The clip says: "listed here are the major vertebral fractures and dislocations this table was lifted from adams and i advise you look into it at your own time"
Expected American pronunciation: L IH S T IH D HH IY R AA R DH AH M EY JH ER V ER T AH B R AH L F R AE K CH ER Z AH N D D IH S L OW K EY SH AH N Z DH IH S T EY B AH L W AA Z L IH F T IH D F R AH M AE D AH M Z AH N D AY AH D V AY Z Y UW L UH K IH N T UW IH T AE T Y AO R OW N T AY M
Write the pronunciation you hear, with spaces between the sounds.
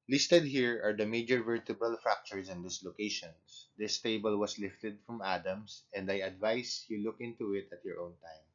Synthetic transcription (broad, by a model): L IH S T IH D HH IY R AA R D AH M EY JH ER V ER T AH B AH L F R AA K CH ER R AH N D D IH S L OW K EY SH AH N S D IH S T EY B AH L W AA S L IH F T IH D F R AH M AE D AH M S AH N D AY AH D V AY S Y UW L UH K IH N T UW IH T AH T Y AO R OW N T AY M